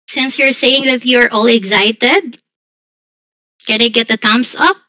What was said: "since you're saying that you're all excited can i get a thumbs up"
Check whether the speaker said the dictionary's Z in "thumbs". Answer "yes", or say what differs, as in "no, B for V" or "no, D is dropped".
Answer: no, S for Z